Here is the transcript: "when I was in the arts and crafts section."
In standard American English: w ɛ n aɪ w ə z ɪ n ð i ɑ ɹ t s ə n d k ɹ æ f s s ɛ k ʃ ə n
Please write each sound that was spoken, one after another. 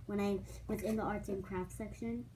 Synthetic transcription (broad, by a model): w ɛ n aɪ w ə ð ɪ n ð i ɑ ɹ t ə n k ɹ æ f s s ɛ k ʃ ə n